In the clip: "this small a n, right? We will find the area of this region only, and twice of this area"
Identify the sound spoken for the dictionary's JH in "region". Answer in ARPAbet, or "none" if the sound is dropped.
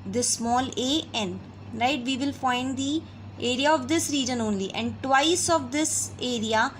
JH